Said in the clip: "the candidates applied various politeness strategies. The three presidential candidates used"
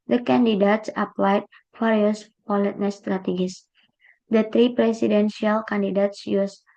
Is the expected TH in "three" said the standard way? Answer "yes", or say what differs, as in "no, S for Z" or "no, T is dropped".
no, T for TH